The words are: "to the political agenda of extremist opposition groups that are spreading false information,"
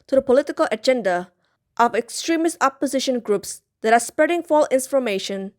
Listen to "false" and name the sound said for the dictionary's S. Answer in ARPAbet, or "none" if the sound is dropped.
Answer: none